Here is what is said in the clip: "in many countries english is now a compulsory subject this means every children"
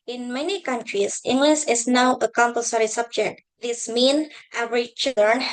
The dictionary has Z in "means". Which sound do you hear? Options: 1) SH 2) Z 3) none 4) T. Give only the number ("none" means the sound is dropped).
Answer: 3